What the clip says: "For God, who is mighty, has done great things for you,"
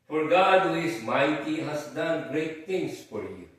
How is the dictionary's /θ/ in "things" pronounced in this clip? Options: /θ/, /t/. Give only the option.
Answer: /t/